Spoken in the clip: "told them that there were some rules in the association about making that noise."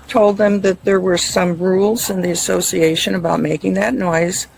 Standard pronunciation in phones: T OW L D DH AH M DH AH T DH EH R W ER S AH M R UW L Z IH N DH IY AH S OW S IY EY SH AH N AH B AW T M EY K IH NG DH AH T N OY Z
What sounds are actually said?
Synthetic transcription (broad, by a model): T OW L D DH AH M DH AH T DH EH R W ER S AH M R UW L Z IH N DH IY AH S OW S IY EY SH AH N AH B AW T M EY K IH NG DH AH T N OY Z